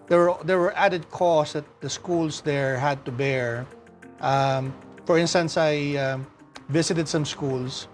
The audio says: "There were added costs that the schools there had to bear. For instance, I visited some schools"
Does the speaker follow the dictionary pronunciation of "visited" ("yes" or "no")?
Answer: no